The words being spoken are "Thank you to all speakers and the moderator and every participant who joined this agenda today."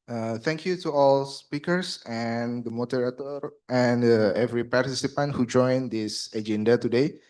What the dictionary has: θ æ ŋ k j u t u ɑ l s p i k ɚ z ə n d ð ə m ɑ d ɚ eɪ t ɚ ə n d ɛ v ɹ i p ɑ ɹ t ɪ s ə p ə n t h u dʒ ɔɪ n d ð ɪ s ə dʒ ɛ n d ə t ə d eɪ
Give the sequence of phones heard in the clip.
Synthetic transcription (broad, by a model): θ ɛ ŋ k j u t u ɑ l s p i k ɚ s ə n d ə m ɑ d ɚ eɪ t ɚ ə n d ɛ v ɹ i p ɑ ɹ t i s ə p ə n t h u dʒ ɔɪ n d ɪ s ə dʒ ɛ n d ə t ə d eɪ